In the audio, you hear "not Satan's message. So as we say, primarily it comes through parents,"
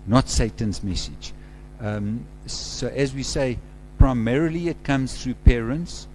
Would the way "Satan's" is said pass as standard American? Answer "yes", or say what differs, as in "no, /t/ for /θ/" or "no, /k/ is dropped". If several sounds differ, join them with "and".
yes